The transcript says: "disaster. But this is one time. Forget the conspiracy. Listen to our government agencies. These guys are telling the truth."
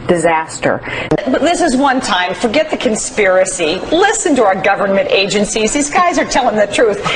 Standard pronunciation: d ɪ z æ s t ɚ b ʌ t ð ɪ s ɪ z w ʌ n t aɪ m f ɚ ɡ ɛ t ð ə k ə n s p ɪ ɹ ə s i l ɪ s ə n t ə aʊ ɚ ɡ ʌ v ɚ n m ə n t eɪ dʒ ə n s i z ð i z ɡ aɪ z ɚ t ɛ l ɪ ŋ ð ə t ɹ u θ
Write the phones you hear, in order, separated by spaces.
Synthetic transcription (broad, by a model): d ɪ z æ s t ɚ b ʌ t ð ɪ s ɪ z w ʌ n t aɪ m f ɚ ɡ ɛ t ð ə k ə n s p ɪ ɹ ə s i l ɪ s ə n t ə aʊ ɚ ɡ ʌ v ɚ n m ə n t eɪ dʒ ə n s i z ð i z ɡ aɪ z ɚ t ɛ l ɪ ŋ ð ə t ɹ u θ